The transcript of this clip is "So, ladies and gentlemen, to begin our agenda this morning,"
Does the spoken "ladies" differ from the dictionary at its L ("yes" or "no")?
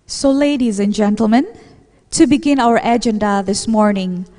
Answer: no